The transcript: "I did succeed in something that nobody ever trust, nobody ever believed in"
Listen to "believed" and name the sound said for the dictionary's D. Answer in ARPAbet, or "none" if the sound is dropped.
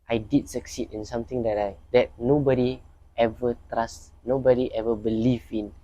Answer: none